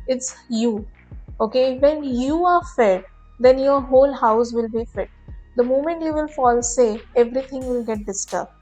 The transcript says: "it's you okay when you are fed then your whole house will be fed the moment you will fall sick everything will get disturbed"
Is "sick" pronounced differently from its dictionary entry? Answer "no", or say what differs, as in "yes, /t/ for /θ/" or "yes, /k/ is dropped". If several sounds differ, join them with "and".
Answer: yes, /k/ is dropped